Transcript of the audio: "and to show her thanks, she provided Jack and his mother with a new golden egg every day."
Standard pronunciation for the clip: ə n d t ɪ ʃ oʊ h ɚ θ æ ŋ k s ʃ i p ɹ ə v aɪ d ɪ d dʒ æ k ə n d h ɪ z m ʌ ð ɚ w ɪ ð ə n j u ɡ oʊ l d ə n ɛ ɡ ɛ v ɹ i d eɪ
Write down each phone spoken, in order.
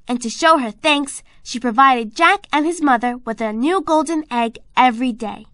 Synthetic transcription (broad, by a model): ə n t ɪ ʃ oʊ h ɚ θ æ ŋ k s ʃ i p ɹ ə v aɪ d ɪ d dʒ æ k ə n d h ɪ z m ʌ ð ɚ w ɪ ð ə n j u ɡ oʊ l d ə n ɛ ɡ ɛ v ɹ i d eɪ